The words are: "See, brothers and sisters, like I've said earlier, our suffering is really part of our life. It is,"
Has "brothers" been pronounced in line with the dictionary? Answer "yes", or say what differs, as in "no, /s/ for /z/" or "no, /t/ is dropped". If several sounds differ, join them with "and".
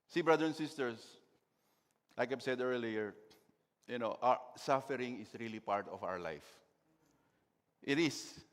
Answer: no, /z/ is dropped